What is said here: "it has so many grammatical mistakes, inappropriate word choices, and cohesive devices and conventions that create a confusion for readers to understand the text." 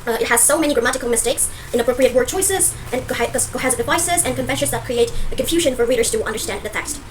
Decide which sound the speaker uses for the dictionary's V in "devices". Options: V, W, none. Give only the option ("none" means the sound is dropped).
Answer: V